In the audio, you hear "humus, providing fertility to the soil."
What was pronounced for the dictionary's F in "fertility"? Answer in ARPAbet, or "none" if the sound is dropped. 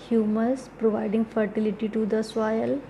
F